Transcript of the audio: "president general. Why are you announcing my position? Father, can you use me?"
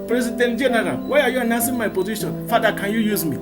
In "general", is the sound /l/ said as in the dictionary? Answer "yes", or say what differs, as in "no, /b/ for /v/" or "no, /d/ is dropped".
no, /n/ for /l/